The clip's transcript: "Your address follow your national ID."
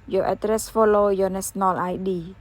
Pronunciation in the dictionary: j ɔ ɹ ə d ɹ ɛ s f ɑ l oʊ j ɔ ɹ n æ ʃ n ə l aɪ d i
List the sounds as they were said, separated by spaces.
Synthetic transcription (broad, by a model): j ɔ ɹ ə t ɹ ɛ s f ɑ l oʊ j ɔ n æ s n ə l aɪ d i